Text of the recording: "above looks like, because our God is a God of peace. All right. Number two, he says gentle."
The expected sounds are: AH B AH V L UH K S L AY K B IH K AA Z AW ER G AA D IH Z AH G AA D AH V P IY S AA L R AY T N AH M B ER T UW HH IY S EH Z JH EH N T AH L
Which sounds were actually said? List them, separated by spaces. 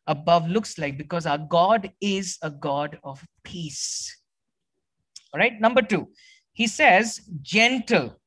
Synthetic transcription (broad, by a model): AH B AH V L UH K S L AY K B IH K AA Z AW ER G AA D IH Z AH G AA D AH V P IY S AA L R AY T N AH M B ER T UW HH IY S EH Z JH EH N T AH L